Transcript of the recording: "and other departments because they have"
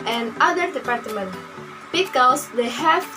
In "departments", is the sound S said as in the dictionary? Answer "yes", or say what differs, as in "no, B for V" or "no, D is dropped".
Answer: no, S is dropped